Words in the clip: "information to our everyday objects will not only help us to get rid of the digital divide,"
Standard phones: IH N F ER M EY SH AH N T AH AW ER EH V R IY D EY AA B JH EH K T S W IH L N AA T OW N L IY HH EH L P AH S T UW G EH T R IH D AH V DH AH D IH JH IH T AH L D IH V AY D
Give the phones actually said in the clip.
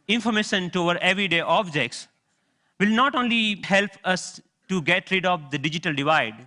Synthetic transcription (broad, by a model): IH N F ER M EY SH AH N T AH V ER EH V R IY D EY AA B JH EH K T S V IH L N AA T OW N L IY HH EH L P AH S T UW G EH T R IH D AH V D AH D IH JH IH T AH L D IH V AY D